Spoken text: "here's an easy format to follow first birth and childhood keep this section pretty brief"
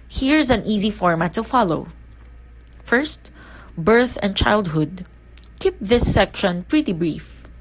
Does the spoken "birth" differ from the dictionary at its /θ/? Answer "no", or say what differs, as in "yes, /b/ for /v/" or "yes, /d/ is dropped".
no